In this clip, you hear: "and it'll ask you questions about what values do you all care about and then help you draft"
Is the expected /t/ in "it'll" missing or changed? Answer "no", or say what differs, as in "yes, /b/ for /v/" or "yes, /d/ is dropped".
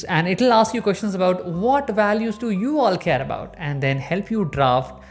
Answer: no